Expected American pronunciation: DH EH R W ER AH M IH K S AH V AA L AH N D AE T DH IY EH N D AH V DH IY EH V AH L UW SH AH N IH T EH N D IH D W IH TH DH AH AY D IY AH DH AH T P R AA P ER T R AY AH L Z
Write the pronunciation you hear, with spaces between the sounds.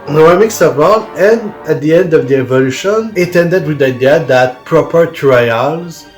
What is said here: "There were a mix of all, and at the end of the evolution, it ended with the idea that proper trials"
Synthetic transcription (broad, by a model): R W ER AH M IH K S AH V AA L AH N D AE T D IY EH N D AH V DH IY EH V AH L UW SH AH N IH T EH N D IH D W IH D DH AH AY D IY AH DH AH T P R AA P ER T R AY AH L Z